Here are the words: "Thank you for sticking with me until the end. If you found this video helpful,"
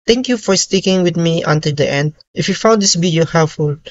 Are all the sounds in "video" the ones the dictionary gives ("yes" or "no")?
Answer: no